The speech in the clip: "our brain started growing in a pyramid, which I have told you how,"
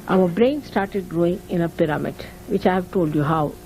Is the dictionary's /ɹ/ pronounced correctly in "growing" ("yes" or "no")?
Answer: yes